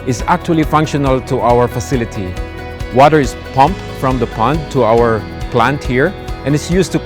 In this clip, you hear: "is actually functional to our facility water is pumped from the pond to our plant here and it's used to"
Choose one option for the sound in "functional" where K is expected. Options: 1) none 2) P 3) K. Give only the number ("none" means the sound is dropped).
3